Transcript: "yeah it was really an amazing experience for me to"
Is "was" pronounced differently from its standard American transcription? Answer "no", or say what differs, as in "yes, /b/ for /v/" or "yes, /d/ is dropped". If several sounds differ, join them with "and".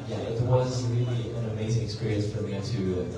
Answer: no